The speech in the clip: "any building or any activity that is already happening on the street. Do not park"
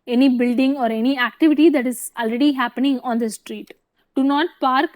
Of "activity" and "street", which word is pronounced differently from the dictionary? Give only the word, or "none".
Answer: none